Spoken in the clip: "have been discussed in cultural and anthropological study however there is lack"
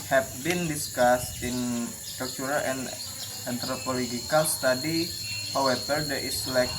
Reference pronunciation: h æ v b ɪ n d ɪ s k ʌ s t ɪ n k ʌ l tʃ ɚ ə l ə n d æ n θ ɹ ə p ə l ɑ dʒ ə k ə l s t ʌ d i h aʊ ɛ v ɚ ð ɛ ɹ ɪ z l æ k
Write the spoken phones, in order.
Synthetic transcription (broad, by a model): h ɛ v b ɪ n d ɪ s k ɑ s t ɪ n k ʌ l tʃ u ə l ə n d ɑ n t ɹ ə p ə l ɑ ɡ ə k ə l s t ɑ d i h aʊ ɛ b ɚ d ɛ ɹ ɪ s l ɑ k